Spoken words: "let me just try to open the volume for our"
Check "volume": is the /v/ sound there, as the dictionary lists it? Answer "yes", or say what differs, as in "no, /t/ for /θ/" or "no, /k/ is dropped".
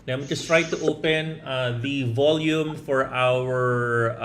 yes